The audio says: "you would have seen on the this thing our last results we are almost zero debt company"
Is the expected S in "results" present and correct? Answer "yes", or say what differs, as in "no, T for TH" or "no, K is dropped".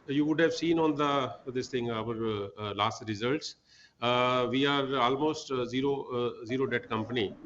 yes